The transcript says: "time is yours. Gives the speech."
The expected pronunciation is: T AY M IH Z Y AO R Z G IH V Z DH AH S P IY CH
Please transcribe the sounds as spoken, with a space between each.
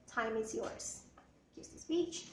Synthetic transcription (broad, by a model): T AY M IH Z Y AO R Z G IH Z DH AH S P IY CH